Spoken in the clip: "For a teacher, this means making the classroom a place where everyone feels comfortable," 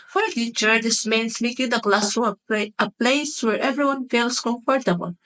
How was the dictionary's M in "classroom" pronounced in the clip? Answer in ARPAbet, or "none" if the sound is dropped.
none